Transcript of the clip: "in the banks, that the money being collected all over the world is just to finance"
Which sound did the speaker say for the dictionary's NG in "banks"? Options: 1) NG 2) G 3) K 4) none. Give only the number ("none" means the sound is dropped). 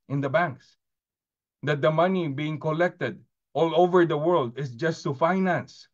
1